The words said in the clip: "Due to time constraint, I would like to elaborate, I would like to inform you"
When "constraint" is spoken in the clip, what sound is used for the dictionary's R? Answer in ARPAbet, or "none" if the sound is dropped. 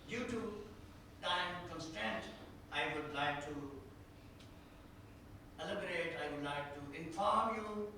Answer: none